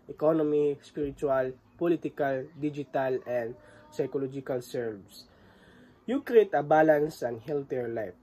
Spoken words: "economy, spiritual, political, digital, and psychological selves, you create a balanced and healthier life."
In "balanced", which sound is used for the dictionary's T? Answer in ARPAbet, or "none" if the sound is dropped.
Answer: none